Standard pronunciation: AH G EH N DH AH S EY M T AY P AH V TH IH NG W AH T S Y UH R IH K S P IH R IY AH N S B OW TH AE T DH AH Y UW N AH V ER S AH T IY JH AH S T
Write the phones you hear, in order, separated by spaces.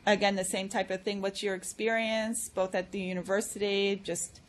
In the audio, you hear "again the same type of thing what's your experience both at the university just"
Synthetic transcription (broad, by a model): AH G EH N DH AH S EY M T AY P AH V TH IH NG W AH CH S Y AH R IH K S P IH R IY AH N S B OW TH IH T DH AH Y UW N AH V ER S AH T IY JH AH S T